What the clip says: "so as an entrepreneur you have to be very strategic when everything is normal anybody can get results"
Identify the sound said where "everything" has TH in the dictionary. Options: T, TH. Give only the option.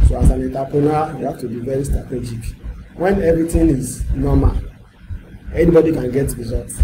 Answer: T